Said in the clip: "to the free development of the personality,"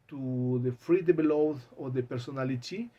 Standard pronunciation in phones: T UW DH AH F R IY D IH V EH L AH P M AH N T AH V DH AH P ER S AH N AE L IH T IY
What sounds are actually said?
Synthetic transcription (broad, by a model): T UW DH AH F R IY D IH B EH L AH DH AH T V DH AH P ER S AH N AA L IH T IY